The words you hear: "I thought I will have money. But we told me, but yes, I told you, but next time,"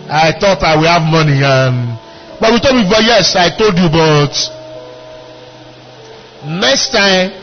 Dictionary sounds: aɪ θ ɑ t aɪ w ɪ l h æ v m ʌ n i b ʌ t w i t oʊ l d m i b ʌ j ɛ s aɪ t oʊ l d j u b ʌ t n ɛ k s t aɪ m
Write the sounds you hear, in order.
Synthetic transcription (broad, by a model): aɪ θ ɑ t aɪ w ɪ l h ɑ v m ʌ n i b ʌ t w i t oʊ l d m i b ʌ j ɛ s aɪ t oʊ l d j u b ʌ t n ɛ k s t aɪ m